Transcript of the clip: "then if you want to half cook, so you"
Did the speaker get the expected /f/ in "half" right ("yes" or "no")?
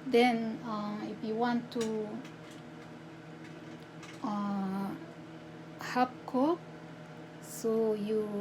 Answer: no